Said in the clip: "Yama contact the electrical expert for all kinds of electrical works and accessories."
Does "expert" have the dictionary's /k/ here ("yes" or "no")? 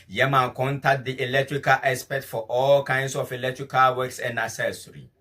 no